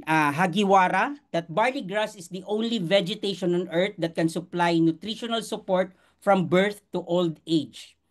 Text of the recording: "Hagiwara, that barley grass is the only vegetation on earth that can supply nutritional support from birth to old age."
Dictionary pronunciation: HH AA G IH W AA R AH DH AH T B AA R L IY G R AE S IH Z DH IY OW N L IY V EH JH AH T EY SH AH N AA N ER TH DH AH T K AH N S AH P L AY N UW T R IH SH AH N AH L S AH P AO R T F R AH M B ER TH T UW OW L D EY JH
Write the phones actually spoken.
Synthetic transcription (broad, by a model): HH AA G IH W AA R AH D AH T B AA R L IY G R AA S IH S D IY OW N L IY V EH JH AH T EY SH AH N AA N ER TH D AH T K AH N S AH P L AY N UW T R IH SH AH N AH L S AH P AO R T F R AH M B ER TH T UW OW L D EY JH